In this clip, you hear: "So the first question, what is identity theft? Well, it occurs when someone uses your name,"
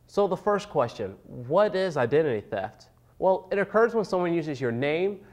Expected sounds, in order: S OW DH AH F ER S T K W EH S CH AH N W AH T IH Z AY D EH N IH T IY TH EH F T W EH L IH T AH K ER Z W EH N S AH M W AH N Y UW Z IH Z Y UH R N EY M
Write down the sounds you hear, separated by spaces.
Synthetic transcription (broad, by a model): S OW DH AH F ER S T K W EH S CH AH N W AH T IH Z AY D EH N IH T IY TH EH F T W EH L IH T AH K ER Z W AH N S AH M W AH N Y UW Z IH Z Y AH R N EY M